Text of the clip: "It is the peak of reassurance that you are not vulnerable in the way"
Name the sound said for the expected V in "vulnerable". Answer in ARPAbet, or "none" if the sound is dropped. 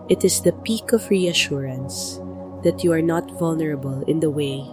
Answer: V